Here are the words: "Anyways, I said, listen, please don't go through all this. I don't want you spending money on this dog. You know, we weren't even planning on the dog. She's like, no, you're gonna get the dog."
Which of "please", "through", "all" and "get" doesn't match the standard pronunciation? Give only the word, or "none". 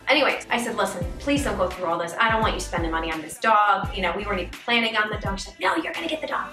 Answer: none